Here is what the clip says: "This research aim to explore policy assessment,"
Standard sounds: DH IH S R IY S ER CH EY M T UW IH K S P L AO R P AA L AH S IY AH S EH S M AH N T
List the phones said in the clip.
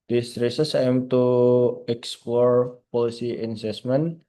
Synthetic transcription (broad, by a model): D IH S R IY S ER S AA M T UW IH K S P L AO R P AA L AH S IY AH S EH S M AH N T